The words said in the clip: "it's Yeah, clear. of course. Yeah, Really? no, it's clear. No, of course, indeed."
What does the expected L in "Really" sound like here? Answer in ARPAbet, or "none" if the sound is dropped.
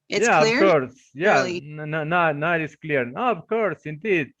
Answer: N